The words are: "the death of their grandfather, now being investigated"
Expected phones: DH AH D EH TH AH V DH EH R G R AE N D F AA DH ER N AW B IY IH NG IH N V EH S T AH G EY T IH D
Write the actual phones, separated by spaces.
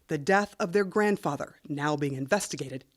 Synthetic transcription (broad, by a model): DH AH D EH TH AH V DH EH R G R AE N D F AA DH ER N AW B IY IH NG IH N V EH S T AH G EY T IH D